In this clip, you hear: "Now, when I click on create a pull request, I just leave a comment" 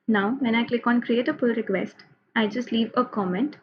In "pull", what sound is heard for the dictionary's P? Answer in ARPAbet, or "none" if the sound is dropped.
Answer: F